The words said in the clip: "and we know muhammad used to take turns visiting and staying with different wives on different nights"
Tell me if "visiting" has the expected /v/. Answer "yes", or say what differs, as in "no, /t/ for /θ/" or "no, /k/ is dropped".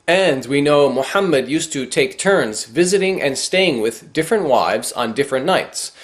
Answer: yes